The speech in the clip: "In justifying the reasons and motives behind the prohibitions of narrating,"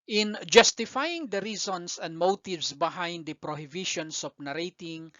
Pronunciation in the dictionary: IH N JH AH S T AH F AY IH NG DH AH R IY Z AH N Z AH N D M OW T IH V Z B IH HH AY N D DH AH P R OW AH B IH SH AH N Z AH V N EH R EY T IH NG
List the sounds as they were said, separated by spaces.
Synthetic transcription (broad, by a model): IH N JH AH S T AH F AY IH NG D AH R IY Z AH N S AH N D M OW T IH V S B IH HH AY N D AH P R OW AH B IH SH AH N S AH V N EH R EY T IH NG